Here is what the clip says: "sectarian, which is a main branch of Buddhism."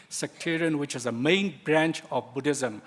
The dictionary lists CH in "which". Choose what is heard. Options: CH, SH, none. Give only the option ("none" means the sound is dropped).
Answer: CH